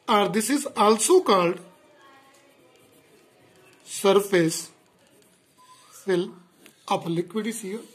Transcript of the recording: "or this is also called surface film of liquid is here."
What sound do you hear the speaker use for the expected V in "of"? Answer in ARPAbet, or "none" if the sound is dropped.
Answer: P